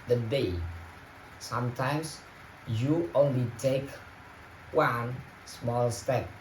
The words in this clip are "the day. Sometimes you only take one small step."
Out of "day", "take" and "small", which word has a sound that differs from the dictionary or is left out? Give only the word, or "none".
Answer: none